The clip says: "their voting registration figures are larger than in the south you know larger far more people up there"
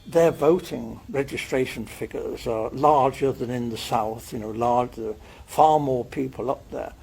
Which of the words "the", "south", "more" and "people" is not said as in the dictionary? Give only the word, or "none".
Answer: none